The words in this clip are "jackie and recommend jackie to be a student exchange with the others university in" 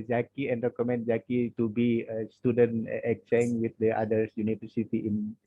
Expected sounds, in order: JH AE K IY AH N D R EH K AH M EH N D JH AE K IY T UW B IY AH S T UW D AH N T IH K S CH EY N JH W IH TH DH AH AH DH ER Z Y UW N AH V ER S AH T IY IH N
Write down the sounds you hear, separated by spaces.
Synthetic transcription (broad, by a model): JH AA K IY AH N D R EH K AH M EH N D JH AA K IY T UW B IY AH S T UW D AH N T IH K CH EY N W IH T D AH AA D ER S Y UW N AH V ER S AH T IY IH N